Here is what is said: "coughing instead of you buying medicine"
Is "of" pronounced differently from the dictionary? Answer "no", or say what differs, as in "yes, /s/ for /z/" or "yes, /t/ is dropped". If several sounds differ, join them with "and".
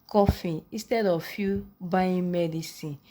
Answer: yes, /f/ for /v/